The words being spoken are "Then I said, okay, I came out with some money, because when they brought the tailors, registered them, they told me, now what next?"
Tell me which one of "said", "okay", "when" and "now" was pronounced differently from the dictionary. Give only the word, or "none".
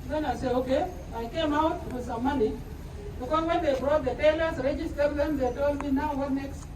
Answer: said